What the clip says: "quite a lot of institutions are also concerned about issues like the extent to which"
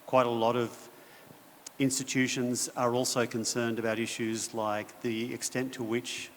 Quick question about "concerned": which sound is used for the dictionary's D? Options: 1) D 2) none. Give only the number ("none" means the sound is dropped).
1